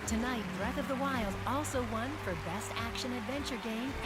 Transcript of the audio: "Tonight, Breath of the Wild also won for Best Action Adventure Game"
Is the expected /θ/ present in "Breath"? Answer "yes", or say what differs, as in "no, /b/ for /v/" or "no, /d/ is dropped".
yes